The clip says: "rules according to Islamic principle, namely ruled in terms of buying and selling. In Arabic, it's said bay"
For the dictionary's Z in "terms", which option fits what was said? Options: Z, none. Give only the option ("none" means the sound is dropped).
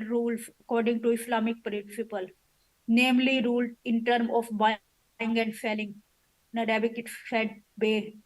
none